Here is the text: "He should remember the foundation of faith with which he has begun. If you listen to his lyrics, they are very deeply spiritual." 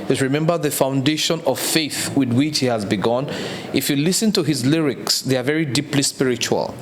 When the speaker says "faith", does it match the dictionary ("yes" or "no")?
yes